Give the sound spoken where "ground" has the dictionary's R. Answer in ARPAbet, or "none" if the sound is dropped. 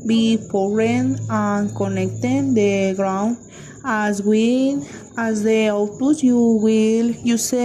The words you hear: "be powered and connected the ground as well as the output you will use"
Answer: R